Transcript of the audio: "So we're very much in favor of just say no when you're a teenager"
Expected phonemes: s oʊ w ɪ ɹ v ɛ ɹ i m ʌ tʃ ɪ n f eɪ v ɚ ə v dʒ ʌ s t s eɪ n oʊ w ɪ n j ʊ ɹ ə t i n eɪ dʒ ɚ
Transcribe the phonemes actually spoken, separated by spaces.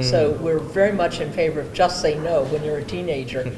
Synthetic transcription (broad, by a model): s oʊ w ɪ ɹ v ɛ ɹ i m ʌ tʃ ɪ n f eɪ v ɚ ə v dʒ ʌ s t s eɪ n oʊ w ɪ n j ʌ ɹ ə t i n eɪ dʒ ɚ